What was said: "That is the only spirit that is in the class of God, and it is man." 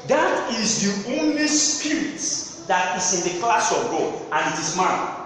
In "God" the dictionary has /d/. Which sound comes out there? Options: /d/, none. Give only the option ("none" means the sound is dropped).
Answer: none